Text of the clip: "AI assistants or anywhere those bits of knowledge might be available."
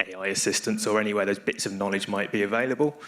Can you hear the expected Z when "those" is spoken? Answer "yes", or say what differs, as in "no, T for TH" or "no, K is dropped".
yes